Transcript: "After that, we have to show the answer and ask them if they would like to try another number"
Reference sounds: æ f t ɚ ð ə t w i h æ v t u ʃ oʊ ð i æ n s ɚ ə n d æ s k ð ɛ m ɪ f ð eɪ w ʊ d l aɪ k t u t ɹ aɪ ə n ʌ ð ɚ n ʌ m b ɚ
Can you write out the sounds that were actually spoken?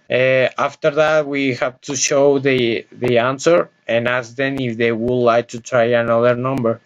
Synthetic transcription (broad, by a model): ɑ f t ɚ ð ə t w i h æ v t u ʃ oʊ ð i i n s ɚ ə n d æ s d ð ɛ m ɪ f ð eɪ w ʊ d l aɪ k t u t ɹ aɪ ə n ʌ ð ɚ n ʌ m b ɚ